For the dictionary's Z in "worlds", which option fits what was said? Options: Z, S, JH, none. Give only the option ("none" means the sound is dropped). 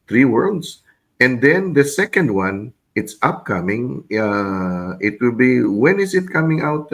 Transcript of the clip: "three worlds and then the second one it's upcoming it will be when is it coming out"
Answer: S